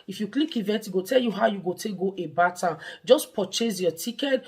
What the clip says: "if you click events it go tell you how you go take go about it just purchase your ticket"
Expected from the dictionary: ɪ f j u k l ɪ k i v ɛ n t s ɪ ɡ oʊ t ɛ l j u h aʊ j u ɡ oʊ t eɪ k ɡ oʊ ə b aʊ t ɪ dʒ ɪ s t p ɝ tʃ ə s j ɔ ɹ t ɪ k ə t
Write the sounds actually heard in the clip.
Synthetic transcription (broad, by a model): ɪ f j u k l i k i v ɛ t ɪ ɡ oʊ t ɛ l j u h aʊ j u ɡ oʊ t eɪ k ɡ oʊ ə b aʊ t ɪ dʒ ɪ s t p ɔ tʃ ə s j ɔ t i k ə t